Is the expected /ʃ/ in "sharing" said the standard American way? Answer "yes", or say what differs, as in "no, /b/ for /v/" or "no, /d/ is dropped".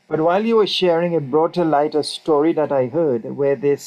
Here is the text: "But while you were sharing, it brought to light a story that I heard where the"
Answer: yes